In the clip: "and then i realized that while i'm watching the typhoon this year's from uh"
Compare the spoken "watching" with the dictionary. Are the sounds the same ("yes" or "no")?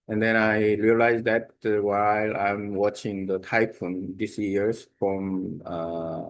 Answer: yes